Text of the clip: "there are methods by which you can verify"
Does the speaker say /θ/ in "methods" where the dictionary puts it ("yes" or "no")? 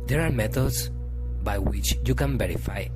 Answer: no